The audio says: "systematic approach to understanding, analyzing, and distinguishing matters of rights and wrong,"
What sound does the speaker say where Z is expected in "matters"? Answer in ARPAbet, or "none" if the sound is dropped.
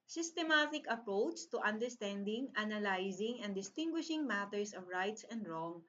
S